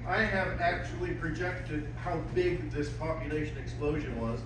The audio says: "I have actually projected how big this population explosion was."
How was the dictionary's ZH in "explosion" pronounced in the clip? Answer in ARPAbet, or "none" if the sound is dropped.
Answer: ZH